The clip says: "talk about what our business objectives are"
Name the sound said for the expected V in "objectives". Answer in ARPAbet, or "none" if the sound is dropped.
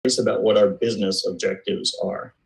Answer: V